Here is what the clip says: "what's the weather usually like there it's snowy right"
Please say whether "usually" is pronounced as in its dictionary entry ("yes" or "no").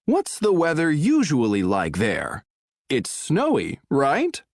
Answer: yes